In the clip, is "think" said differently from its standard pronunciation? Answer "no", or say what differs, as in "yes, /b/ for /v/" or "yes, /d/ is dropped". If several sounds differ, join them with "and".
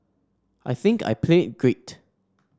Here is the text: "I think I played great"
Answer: no